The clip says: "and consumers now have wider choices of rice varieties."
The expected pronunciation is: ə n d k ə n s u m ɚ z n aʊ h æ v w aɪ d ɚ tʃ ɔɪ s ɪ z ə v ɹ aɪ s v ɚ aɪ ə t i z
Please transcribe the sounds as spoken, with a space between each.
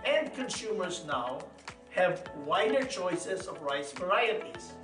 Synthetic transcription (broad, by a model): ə n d k ə n s u m ɚ z n aʊ h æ v w aɪ d ɚ tʃ ɔɪ s ɪ z ə v ɹ aɪ s v ɚ aɪ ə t i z